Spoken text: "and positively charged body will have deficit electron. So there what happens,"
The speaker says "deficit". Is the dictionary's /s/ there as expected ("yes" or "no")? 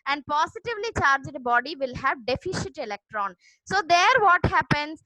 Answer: no